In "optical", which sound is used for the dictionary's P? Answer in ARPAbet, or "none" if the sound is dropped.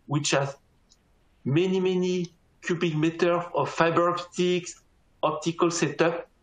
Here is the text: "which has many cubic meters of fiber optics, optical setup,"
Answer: P